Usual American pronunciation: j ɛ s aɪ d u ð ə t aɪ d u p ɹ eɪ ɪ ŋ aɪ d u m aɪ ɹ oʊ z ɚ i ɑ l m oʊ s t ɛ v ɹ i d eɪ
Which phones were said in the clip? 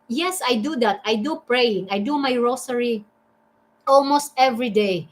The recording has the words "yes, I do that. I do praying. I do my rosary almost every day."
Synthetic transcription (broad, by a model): j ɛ s aɪ d u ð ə t aɪ d u p ɹ eɪ ɪ ŋ aɪ d u m aɪ ɹ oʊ s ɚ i ɑ l m oʊ s t ɛ v ɹ i d eɪ